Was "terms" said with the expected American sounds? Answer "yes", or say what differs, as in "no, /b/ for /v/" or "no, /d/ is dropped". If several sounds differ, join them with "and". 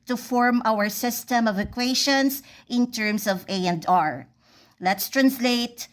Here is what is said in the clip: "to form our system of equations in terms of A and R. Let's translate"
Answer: no, /s/ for /z/